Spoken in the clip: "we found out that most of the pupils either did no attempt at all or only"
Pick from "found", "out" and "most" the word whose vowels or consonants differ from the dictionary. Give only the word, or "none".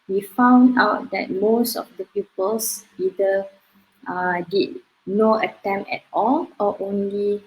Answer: none